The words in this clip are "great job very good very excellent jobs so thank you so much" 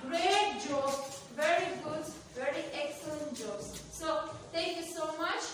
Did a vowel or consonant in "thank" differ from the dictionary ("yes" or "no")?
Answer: yes